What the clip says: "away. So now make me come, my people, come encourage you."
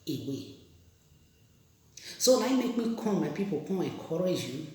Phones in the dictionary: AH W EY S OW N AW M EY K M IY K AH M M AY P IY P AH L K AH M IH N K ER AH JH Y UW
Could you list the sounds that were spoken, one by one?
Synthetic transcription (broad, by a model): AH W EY S OW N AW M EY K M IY K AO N M AY P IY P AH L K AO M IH K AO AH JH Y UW